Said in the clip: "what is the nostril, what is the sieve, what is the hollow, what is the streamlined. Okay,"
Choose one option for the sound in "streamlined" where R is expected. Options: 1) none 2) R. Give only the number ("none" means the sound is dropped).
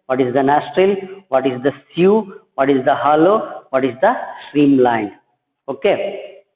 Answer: 2